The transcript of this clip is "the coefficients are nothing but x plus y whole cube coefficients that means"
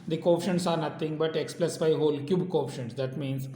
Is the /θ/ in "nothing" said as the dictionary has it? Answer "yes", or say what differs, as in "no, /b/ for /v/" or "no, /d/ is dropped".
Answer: no, /t/ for /θ/